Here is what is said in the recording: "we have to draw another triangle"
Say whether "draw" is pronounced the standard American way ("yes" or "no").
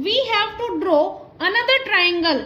yes